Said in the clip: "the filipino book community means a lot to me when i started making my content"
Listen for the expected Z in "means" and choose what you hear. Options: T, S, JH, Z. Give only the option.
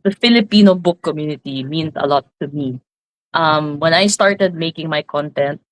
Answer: S